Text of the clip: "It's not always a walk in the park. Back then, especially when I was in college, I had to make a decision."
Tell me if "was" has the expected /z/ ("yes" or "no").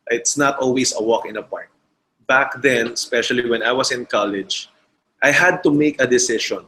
no